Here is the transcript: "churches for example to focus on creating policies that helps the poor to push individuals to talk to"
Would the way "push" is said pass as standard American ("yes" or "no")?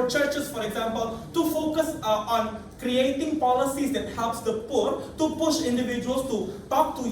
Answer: yes